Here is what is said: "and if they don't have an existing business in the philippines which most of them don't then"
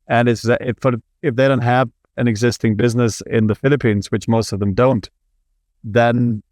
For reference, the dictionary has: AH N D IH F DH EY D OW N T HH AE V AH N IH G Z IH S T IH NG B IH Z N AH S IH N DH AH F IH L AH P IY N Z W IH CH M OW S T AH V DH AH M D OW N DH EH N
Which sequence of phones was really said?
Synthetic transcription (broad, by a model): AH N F IH F DH EY D OW N T HH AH V AH N IH G Z IH S T IH NG B IH Z N AH S IH N DH AH F IH L AH P IY N Z W IH CH M OW S T AH V DH AH M D OW N DH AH N